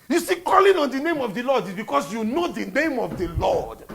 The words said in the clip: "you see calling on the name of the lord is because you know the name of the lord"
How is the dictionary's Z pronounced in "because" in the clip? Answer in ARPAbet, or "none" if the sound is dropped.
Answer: S